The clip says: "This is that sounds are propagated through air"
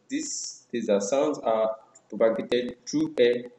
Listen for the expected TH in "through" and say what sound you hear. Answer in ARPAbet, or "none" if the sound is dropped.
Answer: T